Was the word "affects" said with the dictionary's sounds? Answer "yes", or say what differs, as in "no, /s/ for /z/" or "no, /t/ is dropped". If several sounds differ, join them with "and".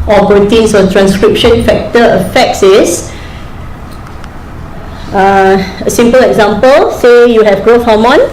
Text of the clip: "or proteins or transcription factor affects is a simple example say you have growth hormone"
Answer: no, /s/ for /t/